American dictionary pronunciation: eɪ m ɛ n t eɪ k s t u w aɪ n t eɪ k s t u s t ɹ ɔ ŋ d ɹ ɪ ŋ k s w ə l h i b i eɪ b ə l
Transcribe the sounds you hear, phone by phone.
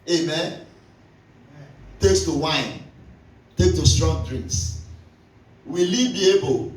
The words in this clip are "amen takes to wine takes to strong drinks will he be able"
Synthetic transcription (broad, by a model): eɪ m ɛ n t eɪ k s t u w aɪ n t eɪ k t u s t ɹ ɔ ŋ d ɹ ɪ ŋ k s w ə l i b i eɪ b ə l